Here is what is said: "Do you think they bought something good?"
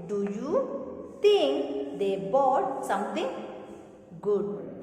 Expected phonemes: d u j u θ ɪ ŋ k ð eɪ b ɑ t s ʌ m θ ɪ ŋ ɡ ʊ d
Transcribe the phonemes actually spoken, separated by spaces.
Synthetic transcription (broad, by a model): d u j u t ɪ ŋ k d eɪ b ɑ t s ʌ m t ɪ ŋ ɡ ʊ d